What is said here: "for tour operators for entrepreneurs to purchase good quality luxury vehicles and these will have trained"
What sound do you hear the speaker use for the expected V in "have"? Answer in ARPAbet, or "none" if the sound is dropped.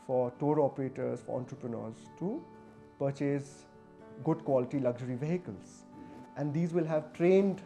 V